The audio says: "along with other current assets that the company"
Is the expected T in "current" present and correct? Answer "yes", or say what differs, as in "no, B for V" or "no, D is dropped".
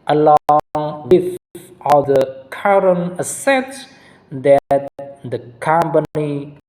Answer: no, T is dropped